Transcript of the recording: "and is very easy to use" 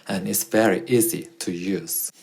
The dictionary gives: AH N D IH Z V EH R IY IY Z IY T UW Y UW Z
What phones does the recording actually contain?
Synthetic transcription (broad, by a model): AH N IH S V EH R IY IY Z IY T UW Y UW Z